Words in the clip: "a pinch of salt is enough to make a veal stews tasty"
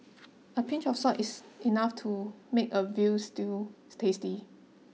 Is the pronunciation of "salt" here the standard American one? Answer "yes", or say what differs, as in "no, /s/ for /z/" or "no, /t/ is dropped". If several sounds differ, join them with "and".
no, /l/ is dropped